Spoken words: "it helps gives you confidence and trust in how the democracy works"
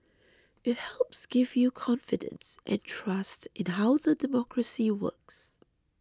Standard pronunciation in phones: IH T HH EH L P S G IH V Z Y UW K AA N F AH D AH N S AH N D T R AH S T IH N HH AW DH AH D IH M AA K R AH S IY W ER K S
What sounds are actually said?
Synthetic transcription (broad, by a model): IH T HH EH L P S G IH V Y UW K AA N F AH D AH N S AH N T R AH S T IH N HH AW DH AH D IH M AA K R AH S IY W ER K S